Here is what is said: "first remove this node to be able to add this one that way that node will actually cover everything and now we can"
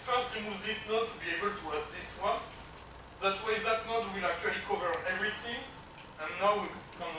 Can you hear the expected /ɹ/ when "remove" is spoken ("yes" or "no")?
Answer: no